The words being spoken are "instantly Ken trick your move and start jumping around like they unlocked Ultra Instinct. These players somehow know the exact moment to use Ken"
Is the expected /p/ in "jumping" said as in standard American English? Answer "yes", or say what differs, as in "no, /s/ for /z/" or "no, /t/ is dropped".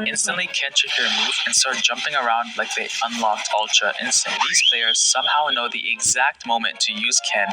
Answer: yes